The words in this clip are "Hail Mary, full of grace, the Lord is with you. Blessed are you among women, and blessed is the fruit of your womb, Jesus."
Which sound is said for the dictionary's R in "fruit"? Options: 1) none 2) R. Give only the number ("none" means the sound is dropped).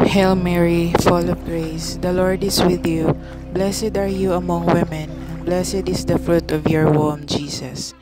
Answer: 2